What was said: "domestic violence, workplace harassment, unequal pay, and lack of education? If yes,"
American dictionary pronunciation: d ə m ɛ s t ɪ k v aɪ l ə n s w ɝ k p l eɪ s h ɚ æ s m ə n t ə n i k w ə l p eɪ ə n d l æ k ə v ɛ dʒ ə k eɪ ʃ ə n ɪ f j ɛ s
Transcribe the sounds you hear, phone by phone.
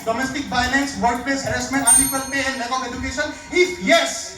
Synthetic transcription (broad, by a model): d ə m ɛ s t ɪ k b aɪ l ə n s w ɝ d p eɪ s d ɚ s m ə n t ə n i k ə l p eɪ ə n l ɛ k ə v ɛ dʒ ə k eɪ ʃ ə n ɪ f j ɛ s